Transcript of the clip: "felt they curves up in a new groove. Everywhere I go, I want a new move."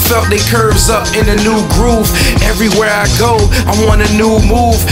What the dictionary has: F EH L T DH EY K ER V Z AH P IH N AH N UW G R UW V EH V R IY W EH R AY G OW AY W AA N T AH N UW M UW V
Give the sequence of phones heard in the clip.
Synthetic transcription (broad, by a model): F EH L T DH EY K ER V Z AH P IH N AH N UW G R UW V EH V R IY W EH R AY G OW AY W AA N AH N UW M UW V